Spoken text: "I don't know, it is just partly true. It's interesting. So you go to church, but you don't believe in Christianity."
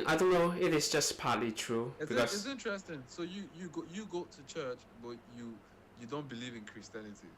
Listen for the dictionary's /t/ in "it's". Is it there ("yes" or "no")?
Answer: no